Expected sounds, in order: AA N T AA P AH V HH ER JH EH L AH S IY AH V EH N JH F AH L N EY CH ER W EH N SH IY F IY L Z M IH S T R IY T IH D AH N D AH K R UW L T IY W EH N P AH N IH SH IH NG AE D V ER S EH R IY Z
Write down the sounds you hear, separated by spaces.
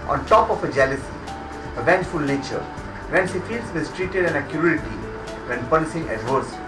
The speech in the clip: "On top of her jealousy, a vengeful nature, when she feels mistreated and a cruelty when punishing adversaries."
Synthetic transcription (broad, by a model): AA N T AA P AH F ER JH EH L AH S IY AH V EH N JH F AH L N EY CH ER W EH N S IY F IY L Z M IH S T R IY T IH D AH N AH K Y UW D T IY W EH N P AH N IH S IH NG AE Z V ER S